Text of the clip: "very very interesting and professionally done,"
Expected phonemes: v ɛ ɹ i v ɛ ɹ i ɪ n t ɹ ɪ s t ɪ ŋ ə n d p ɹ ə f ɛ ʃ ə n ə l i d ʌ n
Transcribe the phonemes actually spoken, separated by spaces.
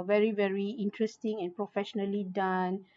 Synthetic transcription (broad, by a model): v ɛ ɹ i v ɛ ɹ i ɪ n t ɹ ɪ s t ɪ ŋ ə n p ɹ ə f ɛ ʃ ə n ə l i d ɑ n